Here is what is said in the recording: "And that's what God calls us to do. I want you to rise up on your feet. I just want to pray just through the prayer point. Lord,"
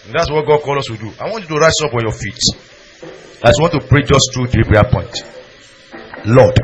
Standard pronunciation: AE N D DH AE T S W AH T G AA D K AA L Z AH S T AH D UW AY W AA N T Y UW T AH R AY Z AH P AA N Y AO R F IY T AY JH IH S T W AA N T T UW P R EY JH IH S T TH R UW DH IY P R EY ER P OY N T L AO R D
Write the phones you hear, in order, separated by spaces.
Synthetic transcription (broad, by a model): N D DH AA T S W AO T G AA D K AA L AO S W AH D UW AY W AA N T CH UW T AH R AY S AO P AA N Y AO F IY T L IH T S W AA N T T UW P R EY JH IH S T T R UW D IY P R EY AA P OY N T L AO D